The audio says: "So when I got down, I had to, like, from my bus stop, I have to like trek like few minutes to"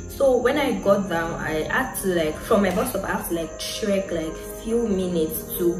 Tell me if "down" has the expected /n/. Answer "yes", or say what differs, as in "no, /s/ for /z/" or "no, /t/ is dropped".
yes